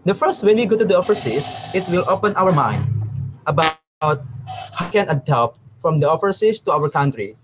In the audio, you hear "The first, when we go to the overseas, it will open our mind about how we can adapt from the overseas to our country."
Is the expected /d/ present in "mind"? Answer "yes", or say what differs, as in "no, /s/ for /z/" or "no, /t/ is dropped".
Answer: yes